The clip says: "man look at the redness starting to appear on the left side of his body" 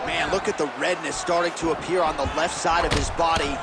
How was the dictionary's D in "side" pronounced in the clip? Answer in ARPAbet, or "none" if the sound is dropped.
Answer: D